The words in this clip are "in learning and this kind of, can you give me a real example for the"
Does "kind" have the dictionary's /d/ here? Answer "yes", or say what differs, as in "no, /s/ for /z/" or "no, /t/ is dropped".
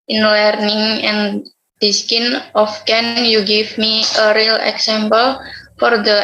no, /d/ is dropped